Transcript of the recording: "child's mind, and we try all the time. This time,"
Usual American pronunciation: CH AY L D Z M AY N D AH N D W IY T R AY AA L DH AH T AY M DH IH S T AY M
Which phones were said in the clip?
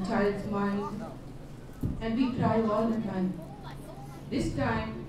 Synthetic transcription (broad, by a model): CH AY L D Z M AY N AH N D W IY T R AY AA L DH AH T AY M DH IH S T AY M